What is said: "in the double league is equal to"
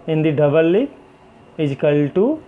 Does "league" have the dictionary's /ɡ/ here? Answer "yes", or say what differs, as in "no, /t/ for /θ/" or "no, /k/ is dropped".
no, /ɡ/ is dropped